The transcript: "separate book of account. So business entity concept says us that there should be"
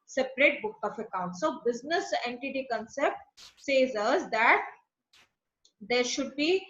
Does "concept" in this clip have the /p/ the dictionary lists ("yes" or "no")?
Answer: yes